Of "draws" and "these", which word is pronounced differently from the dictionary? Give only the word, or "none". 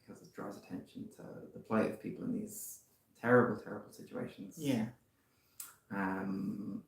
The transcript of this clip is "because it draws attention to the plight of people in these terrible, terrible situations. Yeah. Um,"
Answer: none